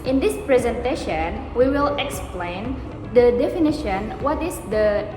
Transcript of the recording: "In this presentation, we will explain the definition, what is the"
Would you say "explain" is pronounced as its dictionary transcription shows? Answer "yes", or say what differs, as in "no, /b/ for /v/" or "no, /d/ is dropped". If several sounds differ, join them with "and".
yes